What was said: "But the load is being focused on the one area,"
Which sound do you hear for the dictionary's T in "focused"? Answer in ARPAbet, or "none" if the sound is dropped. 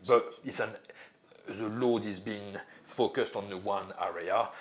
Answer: T